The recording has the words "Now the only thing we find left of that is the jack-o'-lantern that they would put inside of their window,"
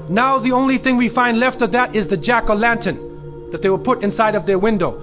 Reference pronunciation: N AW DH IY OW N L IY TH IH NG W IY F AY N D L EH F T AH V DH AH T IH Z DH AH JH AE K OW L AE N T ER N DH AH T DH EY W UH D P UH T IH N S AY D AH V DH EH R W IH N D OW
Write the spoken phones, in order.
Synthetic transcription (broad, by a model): N AW DH IY OW N L IY TH IH NG W IY F AY N D L EH F T AH V DH AH T IH Z DH AH JH AE K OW L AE N T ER N DH AH T DH EY W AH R P UH T IH N S AY D AH V DH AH R W IH N D OW